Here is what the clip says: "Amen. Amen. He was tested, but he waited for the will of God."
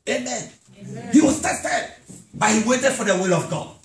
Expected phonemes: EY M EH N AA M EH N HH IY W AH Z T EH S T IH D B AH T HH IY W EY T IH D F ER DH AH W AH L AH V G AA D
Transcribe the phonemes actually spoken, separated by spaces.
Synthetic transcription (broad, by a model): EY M M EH N HH IY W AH S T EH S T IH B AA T HH IY W EY T IH D F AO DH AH W AH L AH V G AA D